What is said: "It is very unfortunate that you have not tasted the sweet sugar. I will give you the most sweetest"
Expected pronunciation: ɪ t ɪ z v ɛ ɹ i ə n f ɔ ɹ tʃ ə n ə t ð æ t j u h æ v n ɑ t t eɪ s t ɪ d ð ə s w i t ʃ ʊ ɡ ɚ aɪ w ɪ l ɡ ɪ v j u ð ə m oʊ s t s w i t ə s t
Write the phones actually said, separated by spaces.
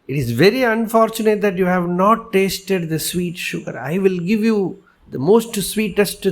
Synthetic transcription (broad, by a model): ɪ t ɪ z v ɛ ɹ i ə n f ɔ ɹ tʃ ə n ə t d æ t j u h æ v n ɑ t t eɪ s t ɪ d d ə s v i t ʃ ʊ ɡ ɚ aɪ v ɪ l ɡ ɪ v j u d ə m oʊ s t s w i t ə s t